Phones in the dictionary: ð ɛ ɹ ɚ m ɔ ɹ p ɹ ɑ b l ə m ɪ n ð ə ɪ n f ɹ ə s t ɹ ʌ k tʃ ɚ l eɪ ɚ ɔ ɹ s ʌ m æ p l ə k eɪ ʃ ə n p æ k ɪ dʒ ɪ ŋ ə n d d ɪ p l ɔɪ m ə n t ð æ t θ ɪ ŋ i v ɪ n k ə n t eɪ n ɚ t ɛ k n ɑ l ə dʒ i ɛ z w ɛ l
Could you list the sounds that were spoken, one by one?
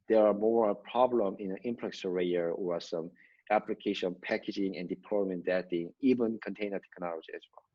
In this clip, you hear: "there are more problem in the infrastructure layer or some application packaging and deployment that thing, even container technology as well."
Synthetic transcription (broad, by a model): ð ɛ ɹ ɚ m ɔ ɹ p ɹ ɑ b l ə m ɪ n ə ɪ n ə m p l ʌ k s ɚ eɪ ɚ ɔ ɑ s ʌ m æ p l ə k eɪ ʃ ə n p æ k ɪ dʒ ɪ ŋ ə n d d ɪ p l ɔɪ m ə n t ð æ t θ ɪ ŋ i v ɪ n k ə n t eɪ n ɚ t ɛ k n ɑ l ə dʒ i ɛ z w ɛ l